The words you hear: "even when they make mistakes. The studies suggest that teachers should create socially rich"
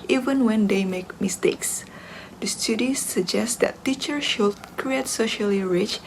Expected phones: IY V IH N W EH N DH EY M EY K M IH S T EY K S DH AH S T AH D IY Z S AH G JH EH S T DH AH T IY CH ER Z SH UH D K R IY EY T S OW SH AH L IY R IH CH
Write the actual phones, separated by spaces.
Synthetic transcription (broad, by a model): IY V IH N W EH N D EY M EY K M IH S T EY K S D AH S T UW D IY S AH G JH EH S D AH T IY CH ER SH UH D K R IY EY T S OW SH AH L IY R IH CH